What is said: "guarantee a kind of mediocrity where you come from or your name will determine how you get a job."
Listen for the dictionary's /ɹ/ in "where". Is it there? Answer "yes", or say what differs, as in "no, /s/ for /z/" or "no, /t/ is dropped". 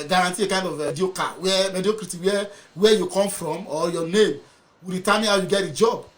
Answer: no, /w/ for /ɹ/